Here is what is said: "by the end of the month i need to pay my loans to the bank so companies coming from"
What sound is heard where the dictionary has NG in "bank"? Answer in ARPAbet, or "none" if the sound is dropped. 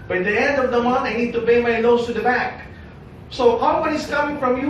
none